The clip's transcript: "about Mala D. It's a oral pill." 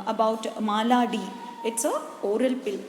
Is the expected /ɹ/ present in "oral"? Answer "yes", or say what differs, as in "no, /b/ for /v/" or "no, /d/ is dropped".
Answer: yes